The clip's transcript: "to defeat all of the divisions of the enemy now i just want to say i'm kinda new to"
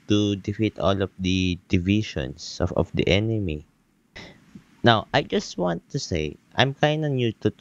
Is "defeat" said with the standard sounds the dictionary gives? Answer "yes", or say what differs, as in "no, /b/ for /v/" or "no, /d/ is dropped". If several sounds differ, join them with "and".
yes